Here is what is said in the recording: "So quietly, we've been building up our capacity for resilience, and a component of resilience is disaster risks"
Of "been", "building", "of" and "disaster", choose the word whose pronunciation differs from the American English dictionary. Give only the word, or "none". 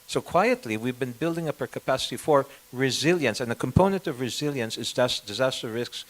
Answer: none